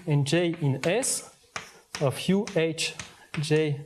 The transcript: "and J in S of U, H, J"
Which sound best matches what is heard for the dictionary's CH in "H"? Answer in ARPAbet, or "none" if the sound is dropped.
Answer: CH